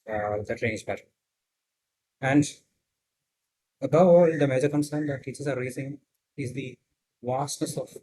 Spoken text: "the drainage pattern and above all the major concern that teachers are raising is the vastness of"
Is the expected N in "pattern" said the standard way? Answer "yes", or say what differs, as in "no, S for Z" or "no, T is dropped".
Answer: no, N is dropped